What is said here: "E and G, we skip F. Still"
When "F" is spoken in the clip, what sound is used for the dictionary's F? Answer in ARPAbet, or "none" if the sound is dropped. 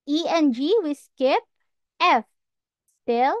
F